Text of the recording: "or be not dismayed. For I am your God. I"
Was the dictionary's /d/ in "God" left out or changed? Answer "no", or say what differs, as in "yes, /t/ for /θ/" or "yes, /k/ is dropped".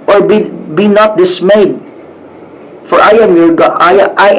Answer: yes, /d/ is dropped